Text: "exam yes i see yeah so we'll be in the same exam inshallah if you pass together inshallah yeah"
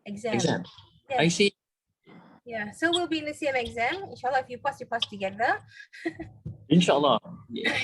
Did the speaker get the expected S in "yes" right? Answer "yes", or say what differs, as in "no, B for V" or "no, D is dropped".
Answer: no, S is dropped